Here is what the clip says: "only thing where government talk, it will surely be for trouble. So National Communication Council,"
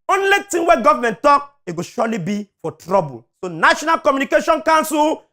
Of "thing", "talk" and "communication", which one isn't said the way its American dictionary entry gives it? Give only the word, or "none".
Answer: thing